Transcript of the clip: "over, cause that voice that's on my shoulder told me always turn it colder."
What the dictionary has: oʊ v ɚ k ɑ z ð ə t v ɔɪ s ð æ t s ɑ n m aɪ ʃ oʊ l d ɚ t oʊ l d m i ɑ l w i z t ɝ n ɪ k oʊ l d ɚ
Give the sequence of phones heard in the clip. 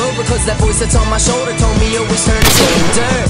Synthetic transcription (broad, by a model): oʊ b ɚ k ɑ z ð ə t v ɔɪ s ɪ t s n m aɪ ʃ oʊ l d ɚ t oʊ l d m i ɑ w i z t ɝ n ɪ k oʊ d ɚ